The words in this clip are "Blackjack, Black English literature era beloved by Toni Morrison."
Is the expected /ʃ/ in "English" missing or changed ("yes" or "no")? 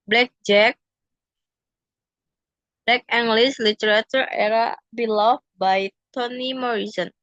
yes